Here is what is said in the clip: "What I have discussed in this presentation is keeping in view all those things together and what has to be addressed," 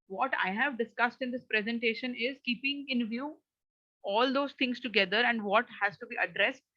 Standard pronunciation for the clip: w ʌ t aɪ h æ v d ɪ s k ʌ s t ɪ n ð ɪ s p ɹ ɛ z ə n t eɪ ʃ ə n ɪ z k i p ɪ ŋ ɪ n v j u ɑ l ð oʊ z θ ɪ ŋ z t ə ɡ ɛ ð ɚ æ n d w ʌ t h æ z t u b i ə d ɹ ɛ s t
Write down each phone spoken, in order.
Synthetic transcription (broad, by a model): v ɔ t aɪ h æ v d ɪ s k ʌ s t ɪ n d ɪ s p ɹ ɛ z ə n t eɪ ʃ ə n ɪ z k i p ɪ ŋ ɪ n v j u ɑ l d oʊ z t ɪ ŋ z t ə ɡ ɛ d ɚ æ n d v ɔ t h æ z t u b i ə d ɹ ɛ s t